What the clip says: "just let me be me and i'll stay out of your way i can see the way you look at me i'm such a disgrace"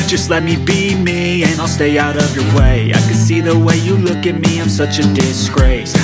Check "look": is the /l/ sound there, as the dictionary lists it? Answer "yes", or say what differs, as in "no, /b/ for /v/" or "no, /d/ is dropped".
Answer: yes